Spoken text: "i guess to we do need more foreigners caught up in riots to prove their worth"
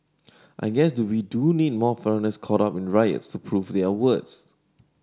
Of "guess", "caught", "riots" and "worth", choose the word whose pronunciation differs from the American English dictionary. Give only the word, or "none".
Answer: worth